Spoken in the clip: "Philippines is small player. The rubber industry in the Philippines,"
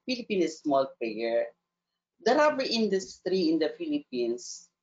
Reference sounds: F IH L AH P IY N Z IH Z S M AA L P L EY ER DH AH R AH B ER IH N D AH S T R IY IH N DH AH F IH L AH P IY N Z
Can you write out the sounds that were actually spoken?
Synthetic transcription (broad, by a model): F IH L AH P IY N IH S M AA L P EY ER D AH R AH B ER IH N D AH S T R IY IH N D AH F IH L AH P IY N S